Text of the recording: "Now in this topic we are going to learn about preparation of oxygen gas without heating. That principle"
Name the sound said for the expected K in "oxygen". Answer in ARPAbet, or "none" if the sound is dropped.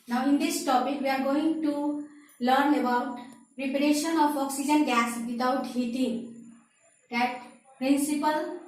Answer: K